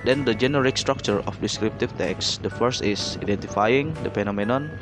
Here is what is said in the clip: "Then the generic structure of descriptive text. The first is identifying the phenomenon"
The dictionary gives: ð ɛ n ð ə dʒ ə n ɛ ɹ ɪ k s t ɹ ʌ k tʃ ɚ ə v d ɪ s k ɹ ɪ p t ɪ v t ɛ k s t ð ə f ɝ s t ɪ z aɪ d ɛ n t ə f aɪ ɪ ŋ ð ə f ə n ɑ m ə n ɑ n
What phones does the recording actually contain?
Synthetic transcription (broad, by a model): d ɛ n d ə dʒ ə n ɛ ɹ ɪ k s t ɹ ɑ k tʃ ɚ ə f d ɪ s k ɹ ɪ p t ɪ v t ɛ k s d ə f ɝ s t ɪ s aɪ d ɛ n t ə f aɪ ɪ ŋ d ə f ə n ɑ m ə n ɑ n